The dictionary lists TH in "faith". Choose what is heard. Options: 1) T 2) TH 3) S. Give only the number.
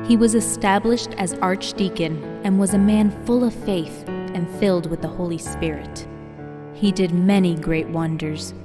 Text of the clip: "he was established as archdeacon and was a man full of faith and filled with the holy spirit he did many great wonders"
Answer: 2